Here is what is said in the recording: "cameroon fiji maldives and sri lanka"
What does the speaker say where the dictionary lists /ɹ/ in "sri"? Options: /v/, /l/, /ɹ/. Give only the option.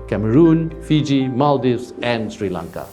/ɹ/